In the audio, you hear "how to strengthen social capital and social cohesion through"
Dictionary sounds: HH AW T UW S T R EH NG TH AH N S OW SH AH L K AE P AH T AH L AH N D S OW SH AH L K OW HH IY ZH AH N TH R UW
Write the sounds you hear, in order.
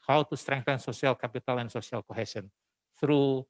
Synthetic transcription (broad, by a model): HH AW T UW S T R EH NG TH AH N S OW S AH L K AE P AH T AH L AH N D S OW S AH L K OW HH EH S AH N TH R UW